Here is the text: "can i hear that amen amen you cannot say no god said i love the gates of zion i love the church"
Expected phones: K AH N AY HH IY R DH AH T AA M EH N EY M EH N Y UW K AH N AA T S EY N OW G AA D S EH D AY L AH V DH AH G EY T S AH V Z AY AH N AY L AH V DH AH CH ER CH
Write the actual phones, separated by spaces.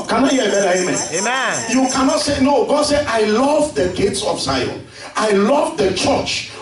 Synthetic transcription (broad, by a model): K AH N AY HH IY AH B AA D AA EY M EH Y UW K AH N AA T S EY N OW G AA D S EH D AY L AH V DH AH G EY T S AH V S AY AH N AY L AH V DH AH CH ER CH